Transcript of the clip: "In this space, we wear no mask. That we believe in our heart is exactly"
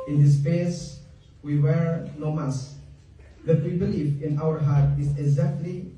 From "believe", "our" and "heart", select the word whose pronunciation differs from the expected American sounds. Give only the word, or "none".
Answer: believe